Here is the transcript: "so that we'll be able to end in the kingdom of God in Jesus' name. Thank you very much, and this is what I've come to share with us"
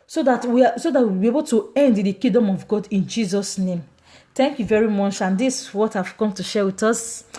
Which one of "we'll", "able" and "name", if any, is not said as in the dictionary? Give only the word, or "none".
we'll